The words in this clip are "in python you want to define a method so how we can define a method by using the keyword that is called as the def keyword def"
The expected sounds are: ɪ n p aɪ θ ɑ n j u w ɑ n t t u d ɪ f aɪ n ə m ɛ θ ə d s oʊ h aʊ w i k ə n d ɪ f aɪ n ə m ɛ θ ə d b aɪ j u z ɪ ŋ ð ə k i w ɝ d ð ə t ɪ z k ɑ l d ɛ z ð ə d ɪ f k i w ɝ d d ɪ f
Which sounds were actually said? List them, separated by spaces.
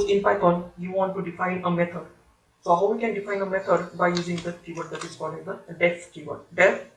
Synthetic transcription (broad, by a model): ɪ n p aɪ t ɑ n j u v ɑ n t t u d ɪ f aɪ n ə m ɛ t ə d s oʊ h aʊ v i k ə n d ɪ f aɪ n ə m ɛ t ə d b aɪ j u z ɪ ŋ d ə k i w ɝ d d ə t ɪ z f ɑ d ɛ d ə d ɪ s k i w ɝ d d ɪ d